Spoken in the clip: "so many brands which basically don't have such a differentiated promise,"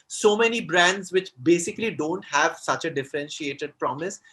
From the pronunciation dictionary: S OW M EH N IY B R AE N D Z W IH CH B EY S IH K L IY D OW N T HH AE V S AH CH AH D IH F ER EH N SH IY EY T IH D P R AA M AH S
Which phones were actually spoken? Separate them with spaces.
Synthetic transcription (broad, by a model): S OW M EH N IY B R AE N D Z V IH CH B EY S IH K L IY D OW N T HH AE V S AH CH AH D IH F ER EH N SH IY EY T IH D P R AA M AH S